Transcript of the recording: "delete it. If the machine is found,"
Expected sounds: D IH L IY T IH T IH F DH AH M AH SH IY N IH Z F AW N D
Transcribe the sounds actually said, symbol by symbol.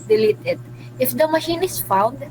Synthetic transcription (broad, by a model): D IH L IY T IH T IH F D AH M AH SH IY N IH S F AW N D